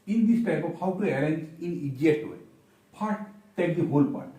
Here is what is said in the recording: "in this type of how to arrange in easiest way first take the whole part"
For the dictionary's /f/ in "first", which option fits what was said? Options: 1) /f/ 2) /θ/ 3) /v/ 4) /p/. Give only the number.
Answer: 4